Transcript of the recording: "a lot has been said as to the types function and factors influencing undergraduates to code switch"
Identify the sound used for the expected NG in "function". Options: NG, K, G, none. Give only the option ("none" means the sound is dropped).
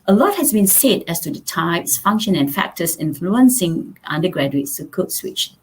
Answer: NG